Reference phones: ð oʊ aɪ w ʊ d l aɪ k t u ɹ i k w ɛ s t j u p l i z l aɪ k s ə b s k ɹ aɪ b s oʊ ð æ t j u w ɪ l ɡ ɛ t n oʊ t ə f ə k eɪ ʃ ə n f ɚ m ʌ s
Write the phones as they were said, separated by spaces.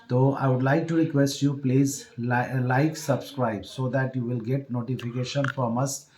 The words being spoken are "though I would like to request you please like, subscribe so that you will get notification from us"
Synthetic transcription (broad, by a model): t oʊ aɪ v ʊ d l aɪ k t u ɹ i k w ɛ s t j u p l i z l aɪ k s ə b s k ɹ aɪ b s oʊ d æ t j u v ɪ l ɡ ɛ t n oʊ t ə f ə k eɪ ʃ ə n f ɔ m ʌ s